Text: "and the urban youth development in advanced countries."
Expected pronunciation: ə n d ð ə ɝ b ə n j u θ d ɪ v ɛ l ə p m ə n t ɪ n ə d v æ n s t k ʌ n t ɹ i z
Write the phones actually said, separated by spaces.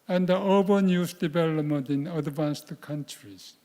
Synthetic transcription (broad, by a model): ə n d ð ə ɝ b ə n j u s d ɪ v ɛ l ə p m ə n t ɪ n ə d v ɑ n s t k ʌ n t ɹ i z